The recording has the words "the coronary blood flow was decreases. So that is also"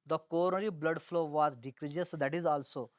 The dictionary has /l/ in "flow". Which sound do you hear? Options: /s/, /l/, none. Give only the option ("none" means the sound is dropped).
/l/